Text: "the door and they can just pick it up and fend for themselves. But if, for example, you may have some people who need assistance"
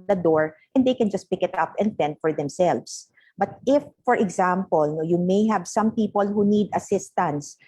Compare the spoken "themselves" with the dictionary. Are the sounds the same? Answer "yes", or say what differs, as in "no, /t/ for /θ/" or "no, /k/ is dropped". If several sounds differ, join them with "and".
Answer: no, /s/ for /z/